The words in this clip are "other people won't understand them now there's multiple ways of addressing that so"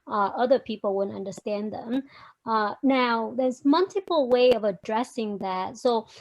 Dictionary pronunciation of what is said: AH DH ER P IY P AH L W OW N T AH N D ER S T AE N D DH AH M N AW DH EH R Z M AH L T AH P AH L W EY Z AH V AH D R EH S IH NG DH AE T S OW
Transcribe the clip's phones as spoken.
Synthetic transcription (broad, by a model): AH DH ER P IY P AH L W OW N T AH N D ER S T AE N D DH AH M N AW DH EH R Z M AH L T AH P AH L W EY AH V AH D R EH S IH NG DH AE T S OW